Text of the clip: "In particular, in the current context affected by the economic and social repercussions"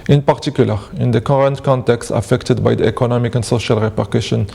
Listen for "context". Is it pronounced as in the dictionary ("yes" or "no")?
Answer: yes